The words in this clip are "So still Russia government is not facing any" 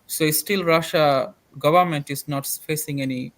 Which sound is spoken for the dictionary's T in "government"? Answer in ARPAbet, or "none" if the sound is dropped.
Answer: T